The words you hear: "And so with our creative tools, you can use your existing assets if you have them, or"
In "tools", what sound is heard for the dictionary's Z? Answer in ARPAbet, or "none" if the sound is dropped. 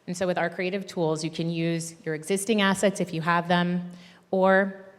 Z